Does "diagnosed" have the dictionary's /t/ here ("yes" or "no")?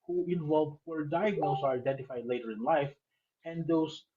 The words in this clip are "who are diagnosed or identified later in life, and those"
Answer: no